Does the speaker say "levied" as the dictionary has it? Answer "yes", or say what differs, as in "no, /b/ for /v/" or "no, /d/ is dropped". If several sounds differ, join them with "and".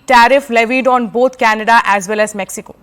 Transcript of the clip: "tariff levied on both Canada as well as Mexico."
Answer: yes